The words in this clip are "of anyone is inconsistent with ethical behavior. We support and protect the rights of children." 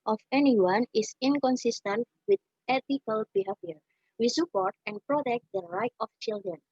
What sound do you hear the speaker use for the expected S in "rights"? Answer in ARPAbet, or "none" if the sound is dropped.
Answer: none